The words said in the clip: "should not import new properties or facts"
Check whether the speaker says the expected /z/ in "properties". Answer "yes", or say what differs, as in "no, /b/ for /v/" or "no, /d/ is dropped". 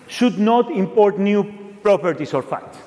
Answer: no, /s/ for /z/